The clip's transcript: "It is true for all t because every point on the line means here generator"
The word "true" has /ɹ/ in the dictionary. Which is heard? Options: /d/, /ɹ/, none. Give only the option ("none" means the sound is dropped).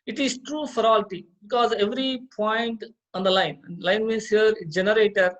/ɹ/